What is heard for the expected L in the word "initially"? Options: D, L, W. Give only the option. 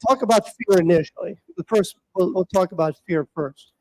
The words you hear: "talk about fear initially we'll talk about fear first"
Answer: W